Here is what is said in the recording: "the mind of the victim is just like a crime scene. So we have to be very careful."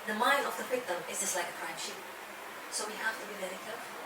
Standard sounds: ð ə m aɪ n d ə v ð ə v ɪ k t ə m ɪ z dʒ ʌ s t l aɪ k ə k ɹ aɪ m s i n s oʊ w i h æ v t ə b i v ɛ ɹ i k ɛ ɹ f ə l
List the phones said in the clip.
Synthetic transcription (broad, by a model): ð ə m aɪ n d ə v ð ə p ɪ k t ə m ɪ z dʒ ʌ s t l aɪ k ə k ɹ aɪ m ʃ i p s oʊ w i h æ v t ə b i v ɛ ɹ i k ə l